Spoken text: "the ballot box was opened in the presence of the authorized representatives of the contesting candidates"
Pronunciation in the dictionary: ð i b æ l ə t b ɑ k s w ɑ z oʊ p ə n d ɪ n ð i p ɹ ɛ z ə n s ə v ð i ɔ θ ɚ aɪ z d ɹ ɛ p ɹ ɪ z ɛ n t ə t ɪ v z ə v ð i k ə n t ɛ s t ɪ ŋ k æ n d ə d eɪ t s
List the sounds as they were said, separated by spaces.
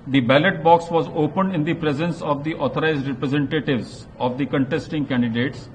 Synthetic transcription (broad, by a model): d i b æ l ə t b ɑ k s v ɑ z oʊ p ə n d ɪ n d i p ɹ ɛ z ə n s ə v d i ɔ t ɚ aɪ z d ɹ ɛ p ɹ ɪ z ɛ n t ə t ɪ v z ə v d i k ə n t ɛ s t ɪ ŋ k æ n d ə d eɪ t s